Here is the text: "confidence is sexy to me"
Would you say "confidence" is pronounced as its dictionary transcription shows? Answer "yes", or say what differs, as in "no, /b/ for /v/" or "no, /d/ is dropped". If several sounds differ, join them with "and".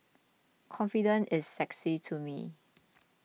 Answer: no, /s/ is dropped